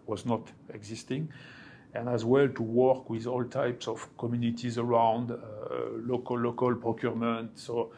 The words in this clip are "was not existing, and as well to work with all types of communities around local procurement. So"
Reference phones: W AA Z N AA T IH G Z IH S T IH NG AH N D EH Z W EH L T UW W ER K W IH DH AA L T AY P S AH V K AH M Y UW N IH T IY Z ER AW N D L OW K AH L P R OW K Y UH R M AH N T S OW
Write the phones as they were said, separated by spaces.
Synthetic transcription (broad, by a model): W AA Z N AA T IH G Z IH S T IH NG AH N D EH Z W EH L T UW W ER K W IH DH AA L T AY P S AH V K AH M Y UW N IH T IY Z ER AW N D L OW K AH L P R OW K Y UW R M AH N T S OW